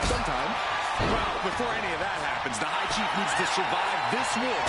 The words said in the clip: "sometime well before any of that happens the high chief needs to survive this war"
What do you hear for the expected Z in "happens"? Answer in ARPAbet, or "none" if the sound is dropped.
Z